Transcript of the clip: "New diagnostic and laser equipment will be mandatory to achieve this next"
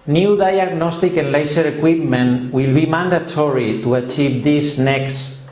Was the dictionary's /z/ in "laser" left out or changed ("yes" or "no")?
yes